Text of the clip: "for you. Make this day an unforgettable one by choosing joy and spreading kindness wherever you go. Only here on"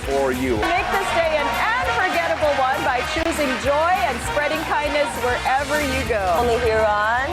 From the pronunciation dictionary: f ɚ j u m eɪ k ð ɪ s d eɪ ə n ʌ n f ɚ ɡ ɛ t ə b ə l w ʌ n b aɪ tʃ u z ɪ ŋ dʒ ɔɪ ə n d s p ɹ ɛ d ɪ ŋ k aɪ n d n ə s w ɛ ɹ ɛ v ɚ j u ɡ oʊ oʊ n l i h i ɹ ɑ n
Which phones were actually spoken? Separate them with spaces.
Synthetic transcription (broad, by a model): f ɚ j u m eɪ k ð ɪ s d eɪ ə n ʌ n f ɚ ɡ ɛ t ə b l w ʌ n b aɪ tʃ u z ɪ ŋ dʒ ɔɪ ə n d s p ɹ ɛ d ɪ ŋ k aɪ n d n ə s w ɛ ɹ ɛ v ɚ j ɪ ɡ oʊ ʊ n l i h i ɹ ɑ n